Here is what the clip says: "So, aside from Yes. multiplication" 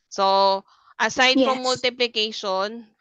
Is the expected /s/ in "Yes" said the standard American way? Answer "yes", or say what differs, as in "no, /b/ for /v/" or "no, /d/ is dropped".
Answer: no, /s/ is dropped